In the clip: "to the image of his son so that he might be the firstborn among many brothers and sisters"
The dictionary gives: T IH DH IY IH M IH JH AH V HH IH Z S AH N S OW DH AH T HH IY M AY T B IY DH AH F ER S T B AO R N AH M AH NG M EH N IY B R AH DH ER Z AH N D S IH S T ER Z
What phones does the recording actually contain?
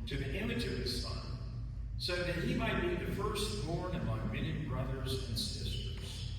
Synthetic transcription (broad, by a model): T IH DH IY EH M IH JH AH V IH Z S AH N S OW DH AH T HH IY M AY T B IY DH AH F ER S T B AO R N AH M AH NG M EH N IY B R AH DH ER Z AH N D S IH S T ER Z